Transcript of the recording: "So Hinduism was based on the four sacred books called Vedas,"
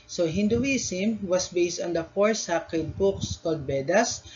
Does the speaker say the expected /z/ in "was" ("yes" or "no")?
no